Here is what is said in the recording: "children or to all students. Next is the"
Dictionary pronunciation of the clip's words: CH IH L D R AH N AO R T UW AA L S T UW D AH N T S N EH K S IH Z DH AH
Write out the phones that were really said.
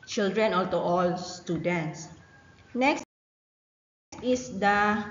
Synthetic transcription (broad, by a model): CH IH L D R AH N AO L T UW AA L S T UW D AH N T S N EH K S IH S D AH